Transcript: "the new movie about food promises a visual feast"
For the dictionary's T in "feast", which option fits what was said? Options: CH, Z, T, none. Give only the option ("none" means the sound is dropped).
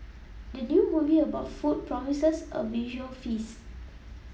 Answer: none